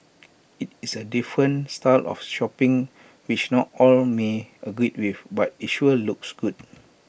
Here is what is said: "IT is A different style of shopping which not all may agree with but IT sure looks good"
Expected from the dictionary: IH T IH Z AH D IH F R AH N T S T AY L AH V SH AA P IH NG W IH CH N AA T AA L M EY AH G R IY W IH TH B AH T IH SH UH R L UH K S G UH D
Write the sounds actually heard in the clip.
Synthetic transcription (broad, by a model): IH T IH S AH D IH F R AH N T S T AY L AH F SH AA P IH NG W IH CH N AA T AA L M EY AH G R IY W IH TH B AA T IH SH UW L L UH K S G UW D